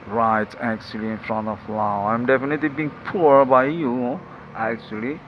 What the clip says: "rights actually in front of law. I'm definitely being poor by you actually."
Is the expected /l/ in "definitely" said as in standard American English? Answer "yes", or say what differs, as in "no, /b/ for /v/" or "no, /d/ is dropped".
yes